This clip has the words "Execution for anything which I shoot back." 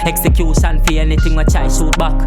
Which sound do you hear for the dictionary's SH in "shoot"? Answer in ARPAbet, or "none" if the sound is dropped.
S